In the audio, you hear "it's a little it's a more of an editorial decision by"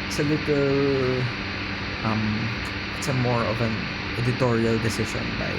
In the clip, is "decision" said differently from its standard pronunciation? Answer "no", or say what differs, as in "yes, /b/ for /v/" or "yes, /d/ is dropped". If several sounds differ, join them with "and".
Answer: yes, /ʃ/ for /ʒ/